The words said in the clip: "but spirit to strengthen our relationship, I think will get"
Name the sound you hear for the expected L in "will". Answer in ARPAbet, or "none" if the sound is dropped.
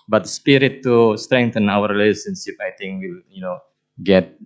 N